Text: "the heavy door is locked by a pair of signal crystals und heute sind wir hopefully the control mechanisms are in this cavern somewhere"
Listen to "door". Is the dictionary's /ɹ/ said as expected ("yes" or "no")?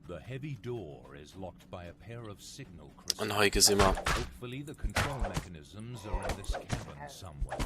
yes